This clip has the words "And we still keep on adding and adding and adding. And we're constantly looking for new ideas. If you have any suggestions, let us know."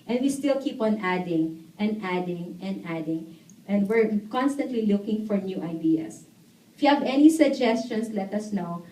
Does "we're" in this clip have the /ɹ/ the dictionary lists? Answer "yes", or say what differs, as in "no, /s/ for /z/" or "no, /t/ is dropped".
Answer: yes